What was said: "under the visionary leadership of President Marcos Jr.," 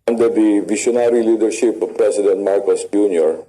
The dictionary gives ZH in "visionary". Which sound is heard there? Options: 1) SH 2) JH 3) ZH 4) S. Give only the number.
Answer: 1